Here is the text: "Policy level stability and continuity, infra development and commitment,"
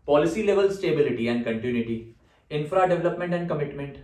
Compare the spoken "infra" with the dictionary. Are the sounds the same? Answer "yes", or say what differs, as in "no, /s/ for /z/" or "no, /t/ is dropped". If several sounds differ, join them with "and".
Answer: yes